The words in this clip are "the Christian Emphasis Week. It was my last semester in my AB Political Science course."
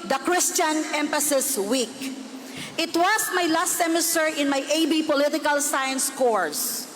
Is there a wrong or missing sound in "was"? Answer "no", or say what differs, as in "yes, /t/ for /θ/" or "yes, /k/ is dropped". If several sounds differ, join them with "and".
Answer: yes, /s/ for /z/